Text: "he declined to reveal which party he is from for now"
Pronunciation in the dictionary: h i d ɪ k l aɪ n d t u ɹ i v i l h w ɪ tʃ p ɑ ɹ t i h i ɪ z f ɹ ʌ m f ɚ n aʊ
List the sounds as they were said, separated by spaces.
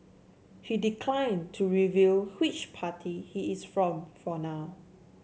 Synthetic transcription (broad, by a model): h i d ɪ k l aɪ n t u ɹ i v i l h w ɪ tʃ p ɑ t i h i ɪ s f ɹ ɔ m f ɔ n aʊ